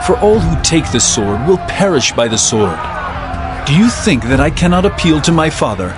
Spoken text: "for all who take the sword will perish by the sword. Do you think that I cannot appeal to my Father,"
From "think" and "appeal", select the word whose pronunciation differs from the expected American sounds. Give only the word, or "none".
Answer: none